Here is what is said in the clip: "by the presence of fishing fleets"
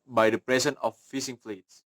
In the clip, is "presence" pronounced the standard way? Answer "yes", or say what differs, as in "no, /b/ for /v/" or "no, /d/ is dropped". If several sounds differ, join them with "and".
no, /s/ is dropped